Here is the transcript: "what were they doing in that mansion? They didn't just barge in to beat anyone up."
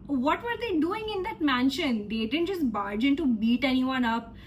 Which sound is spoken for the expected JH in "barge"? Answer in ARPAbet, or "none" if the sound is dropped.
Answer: JH